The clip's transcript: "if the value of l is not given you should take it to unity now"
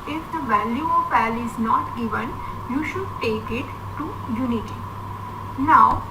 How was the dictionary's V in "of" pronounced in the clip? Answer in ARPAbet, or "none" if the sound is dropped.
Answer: P